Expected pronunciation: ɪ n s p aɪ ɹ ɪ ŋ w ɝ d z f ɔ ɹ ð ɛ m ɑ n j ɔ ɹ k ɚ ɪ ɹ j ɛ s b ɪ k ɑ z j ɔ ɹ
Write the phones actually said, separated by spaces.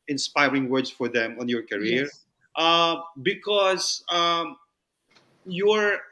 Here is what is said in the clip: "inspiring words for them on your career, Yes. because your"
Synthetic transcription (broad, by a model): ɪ n s p aɪ ɹ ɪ ŋ w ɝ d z f ɔ ɹ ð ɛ m ɑ n j ɔ ɹ k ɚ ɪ ɹ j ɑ b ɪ k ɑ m j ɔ ɹ